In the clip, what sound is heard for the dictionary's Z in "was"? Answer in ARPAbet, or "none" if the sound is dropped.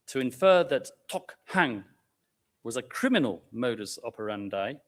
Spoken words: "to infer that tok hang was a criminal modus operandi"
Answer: Z